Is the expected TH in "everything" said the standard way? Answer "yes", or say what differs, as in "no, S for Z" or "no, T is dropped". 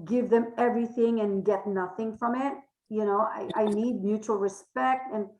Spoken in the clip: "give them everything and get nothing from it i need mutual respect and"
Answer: yes